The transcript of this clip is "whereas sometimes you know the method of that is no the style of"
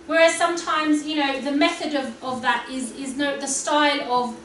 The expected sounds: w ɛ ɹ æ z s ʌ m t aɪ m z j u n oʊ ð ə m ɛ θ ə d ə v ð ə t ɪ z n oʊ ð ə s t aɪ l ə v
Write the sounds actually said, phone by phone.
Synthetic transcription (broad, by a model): w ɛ ɹ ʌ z s ʌ m t aɪ m z j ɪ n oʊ ð ə m ɛ θ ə d ə v ð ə t ɪ z n oʊ ð ə s t aɪ l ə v